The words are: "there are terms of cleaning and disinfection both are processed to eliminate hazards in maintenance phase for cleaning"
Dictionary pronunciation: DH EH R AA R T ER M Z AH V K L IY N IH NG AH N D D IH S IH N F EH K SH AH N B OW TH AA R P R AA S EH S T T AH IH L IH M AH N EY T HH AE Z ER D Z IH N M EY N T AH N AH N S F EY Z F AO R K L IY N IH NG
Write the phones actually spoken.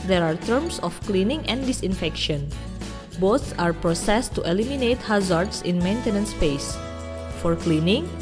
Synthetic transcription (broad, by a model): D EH R AA R T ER M S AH F K L IY N IH NG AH N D D IH S IH N F EH K SH AH N B OW S AA R P R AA S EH S T T AH L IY M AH N EY T HH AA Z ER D S IH N M EY N T AH N AH N S P EY S F AO R K L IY N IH NG